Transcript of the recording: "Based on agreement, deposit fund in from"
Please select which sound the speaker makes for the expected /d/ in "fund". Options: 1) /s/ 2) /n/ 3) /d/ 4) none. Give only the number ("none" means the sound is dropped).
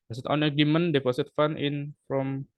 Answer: 4